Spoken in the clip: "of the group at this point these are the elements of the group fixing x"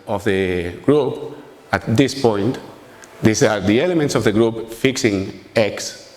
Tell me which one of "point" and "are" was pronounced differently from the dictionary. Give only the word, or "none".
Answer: none